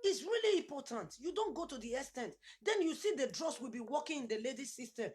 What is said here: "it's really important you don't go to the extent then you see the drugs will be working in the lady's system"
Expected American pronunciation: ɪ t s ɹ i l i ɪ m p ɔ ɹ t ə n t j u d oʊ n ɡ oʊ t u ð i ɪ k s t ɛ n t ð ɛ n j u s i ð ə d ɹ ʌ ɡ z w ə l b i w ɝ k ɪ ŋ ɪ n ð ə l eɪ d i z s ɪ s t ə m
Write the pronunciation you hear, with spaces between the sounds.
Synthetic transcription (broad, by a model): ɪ t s ɹ i l i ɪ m p ɔ t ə n t j u d oʊ n ɡ oʊ t u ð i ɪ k s t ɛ n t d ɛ n j u s i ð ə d ɹ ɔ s w ə l b i w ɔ k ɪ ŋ ɪ n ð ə l eɪ d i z s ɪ s t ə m